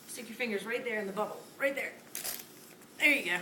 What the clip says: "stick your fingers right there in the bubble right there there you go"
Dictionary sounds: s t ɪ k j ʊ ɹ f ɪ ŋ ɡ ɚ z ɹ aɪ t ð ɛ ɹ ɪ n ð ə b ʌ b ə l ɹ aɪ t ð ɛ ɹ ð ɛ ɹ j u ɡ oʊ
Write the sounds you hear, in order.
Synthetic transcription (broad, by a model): s t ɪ k j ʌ ɹ f ɪ ŋ ɡ ɚ z ɹ aɪ t ð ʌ ɹ ɪ n ð ə b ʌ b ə l ɹ aɪ t ð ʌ ɹ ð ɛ ɹ j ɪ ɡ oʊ